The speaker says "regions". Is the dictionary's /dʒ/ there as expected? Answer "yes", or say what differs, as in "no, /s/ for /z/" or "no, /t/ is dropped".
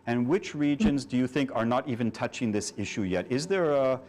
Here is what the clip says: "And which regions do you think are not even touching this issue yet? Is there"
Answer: yes